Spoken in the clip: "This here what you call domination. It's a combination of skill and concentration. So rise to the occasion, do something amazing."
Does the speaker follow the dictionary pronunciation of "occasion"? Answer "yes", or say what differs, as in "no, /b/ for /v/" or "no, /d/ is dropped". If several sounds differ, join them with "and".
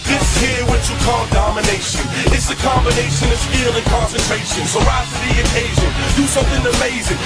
yes